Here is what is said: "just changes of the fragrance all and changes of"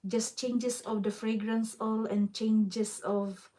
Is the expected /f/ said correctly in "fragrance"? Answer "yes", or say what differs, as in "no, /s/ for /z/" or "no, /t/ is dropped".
yes